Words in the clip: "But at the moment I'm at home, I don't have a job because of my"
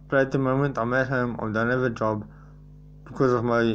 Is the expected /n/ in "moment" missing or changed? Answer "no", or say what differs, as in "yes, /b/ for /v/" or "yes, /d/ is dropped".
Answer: no